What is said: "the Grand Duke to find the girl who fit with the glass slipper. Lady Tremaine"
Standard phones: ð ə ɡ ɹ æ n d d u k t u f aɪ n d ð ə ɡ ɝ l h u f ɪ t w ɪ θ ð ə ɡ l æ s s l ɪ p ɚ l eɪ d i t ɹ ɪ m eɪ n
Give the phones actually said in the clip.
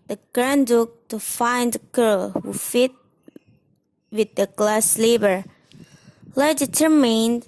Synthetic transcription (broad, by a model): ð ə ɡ ɹ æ n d d u k t u f aɪ n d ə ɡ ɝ l h u f ɪ t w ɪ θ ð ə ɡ l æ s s l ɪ b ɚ l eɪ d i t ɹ m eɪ n